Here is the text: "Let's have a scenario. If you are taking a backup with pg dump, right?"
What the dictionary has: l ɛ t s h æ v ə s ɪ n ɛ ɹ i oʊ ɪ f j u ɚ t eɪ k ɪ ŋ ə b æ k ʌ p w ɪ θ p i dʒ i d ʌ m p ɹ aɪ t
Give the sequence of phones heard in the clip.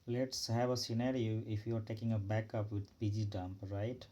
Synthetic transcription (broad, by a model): l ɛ t s h æ v ə s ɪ n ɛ ɹ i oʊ ɪ f j u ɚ t eɪ k ɪ ŋ ə b æ k ʌ p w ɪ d p i dʒ i d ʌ m p ɹ aɪ t